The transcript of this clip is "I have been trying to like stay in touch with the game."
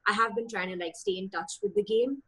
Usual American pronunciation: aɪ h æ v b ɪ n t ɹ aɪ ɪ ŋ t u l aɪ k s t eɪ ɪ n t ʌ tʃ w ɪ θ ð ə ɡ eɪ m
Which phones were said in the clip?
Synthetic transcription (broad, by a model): aɪ h æ v b ɪ n t ɹ aɪ ɪ ŋ t u l aɪ k s t eɪ ɪ n t ʌ tʃ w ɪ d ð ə ɡ eɪ m